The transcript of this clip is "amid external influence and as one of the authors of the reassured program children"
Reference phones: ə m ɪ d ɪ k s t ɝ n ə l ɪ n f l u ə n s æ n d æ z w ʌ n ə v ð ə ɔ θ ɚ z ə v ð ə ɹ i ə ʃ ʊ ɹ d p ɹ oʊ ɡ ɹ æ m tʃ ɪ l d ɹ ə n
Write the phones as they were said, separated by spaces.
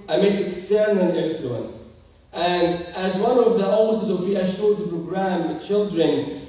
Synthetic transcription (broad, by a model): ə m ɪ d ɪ k s t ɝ n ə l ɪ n f l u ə n s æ n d æ z w ʌ n ə v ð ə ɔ s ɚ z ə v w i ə ʃ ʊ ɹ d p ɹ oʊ ɡ ɹ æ m tʃ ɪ l d ɹ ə n